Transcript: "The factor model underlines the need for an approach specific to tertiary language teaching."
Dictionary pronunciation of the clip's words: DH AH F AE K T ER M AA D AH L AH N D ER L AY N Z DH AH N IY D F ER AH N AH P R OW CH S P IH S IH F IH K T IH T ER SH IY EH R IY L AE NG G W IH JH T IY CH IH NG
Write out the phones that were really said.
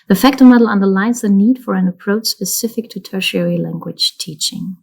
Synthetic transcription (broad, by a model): DH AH F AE K T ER M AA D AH L AH N D ER L AY N Z DH AH N IY D F ER AH N AH P R OW CH S P IH S IH F IH K T IH T ER SH IY EH R IY L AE NG G W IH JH T IY CH IH NG